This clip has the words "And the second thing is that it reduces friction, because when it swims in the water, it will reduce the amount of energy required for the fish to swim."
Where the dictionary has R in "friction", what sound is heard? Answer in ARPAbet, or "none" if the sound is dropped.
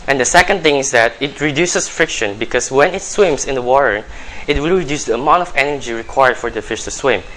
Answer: R